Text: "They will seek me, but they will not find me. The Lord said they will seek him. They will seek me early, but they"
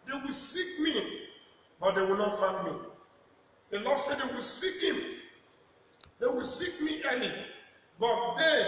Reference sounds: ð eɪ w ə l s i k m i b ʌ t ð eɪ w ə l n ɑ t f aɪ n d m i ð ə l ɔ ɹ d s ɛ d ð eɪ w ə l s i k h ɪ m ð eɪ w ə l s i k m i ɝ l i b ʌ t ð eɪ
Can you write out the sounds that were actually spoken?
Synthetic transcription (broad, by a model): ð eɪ w ə l s i k m i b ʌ t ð eɪ w ə l n ɑ t f aɪ n d m i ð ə l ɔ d s ɛ d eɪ w ə l s i k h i m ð eɪ w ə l s i k m i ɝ n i b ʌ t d eɪ